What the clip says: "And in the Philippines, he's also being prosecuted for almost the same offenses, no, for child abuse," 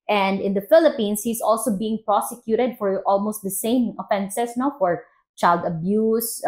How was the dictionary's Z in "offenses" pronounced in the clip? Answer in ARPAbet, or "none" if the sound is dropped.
S